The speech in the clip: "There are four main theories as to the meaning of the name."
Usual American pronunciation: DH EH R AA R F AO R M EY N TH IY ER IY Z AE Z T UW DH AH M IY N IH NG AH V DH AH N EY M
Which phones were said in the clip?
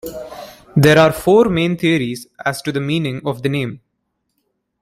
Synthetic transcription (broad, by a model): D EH R AA R F AO R M EY N T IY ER IY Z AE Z T UW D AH M IY N IH NG AH V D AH N EY M